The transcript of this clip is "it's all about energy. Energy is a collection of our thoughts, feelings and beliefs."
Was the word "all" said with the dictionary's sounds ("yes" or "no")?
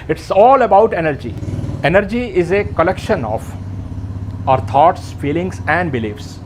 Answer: yes